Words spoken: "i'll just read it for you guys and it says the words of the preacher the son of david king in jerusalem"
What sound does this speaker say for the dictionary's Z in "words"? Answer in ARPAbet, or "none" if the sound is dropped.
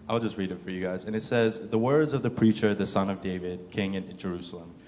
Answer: Z